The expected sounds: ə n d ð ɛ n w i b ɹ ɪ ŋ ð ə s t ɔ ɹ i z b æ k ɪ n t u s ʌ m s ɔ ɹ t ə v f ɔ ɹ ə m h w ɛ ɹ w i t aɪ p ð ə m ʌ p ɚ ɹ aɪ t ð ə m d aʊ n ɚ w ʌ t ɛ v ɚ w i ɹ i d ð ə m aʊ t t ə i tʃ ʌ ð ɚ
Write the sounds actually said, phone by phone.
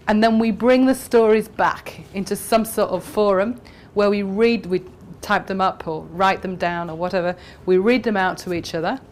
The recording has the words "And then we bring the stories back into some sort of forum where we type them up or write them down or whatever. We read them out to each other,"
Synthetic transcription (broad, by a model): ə n ð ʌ n w i b ɹ ɪ ŋ ð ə s t ɔ ɹ i z b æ k ɪ n t u s ʌ m s ɔ ɹ t ə v f ɔ ɹ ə m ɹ w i ɹ w i t aɪ p ð ə m ʌ p ɚ ɹ aɪ t ð ə m d aʊ n ɚ w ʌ t ɛ v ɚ w i ɹ i d ð ə m aʊ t t ə i tʃ ʌ ð ɚ